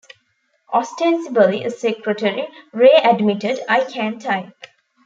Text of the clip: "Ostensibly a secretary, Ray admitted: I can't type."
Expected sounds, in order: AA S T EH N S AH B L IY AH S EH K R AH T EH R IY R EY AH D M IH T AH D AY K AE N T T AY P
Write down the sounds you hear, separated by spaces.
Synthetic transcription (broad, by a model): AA S T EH N S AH B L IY AH S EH K R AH T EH R IY R EY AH D M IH T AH D AY K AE N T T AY